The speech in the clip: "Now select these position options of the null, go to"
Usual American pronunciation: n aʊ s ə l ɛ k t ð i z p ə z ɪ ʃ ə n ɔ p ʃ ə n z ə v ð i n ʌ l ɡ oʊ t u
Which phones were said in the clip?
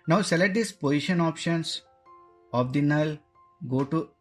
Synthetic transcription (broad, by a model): n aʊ s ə l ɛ t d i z p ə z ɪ ʃ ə n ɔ p ʃ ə n s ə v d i n ʌ l ɡ oʊ t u